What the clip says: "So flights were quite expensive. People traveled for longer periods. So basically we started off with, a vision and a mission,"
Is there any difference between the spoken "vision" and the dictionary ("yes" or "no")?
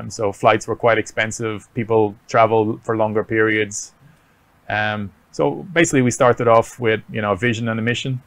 no